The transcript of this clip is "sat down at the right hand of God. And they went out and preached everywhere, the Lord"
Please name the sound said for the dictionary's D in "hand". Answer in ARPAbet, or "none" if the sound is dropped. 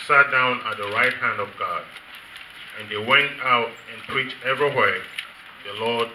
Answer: D